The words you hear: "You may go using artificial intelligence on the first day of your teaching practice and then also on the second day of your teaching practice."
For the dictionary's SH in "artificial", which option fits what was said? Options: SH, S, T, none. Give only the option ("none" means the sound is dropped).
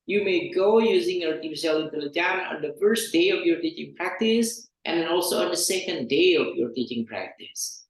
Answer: S